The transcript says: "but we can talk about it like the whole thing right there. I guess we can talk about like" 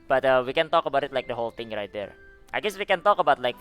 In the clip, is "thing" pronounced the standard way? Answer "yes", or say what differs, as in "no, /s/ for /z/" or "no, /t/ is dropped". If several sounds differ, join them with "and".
no, /t/ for /θ/